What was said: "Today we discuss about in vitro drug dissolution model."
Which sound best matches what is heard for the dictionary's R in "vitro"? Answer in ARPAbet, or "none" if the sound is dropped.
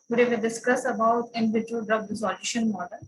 none